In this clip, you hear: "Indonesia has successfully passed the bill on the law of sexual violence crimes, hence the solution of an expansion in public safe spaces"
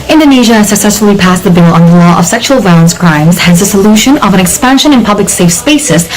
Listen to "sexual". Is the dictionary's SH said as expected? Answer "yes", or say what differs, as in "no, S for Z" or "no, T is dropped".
yes